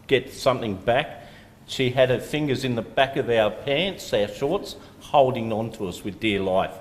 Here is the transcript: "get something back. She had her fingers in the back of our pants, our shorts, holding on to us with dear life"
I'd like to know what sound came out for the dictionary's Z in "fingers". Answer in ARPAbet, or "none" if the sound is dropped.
Z